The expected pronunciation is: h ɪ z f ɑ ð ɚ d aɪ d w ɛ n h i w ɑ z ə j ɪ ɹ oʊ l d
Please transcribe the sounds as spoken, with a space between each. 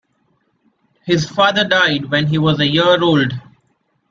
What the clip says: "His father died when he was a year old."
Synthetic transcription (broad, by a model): h ɪ z f ɑ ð ɚ d aɪ d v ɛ n h i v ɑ z ə j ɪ ɹ oʊ l d